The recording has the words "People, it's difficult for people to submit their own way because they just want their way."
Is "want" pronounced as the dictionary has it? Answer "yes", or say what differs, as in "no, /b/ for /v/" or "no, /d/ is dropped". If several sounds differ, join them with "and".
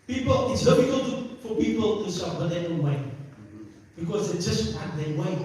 no, /n/ is dropped